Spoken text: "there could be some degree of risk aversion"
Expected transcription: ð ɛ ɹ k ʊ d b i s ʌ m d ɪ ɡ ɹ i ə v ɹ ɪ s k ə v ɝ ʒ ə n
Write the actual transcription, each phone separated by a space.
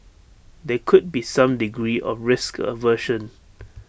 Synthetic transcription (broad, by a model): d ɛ k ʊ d b i s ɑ m d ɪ ɡ ɹ i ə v ɹ ɪ s k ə v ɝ ʃ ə n